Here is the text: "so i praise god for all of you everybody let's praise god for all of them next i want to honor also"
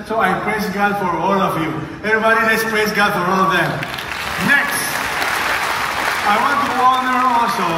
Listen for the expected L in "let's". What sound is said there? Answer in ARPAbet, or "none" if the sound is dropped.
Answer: N